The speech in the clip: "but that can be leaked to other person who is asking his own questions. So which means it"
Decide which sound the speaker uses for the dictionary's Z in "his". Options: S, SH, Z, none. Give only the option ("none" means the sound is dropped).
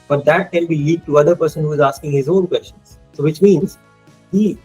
Z